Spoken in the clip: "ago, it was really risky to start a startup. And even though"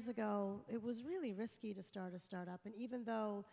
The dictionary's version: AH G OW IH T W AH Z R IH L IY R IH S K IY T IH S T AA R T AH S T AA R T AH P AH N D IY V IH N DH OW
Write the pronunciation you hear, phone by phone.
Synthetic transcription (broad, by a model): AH G OW IH T W AH Z R IH L IY R IH S K IY T IH S T AA R T AH S T AA R T AH P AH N IY V IH N DH OW